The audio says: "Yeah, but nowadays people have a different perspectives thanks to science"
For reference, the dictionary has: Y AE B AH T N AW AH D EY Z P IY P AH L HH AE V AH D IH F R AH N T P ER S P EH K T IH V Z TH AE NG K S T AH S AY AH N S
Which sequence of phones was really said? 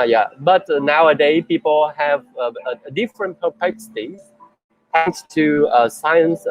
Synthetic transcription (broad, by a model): Y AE B AH T N AW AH D EY P IY P AH L HH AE V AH D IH F R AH N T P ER P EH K S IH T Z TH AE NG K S T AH S AY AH N S